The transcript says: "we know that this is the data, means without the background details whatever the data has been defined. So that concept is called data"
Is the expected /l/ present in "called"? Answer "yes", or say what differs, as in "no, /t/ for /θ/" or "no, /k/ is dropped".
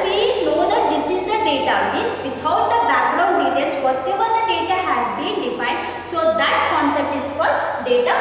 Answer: no, /l/ is dropped